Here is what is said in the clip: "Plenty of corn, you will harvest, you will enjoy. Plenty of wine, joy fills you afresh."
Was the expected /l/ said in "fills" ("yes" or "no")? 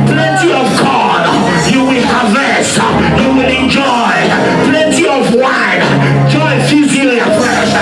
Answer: no